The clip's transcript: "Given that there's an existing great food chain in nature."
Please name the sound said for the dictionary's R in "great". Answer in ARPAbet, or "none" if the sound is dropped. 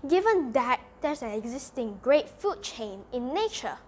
R